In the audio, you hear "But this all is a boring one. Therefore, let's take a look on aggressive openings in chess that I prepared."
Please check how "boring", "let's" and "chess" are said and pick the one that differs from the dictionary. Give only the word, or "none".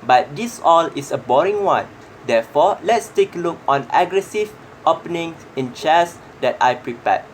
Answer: none